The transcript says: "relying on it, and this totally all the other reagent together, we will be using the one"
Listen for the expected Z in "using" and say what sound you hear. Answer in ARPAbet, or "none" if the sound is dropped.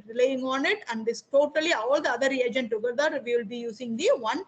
S